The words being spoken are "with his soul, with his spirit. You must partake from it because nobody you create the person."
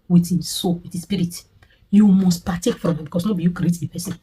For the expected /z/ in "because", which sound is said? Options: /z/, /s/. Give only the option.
/s/